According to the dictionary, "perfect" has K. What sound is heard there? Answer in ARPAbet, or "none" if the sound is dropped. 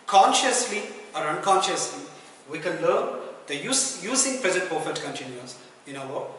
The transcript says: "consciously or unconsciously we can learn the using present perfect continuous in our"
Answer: none